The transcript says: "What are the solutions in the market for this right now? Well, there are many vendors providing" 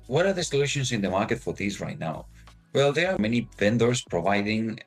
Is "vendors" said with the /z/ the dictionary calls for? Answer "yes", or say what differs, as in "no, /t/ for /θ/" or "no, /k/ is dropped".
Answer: no, /s/ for /z/